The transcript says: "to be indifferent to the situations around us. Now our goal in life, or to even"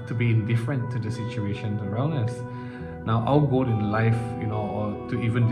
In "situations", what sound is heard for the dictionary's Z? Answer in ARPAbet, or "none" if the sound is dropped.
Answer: none